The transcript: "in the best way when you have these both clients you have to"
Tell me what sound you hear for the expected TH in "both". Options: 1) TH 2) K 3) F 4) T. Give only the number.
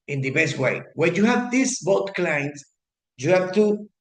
4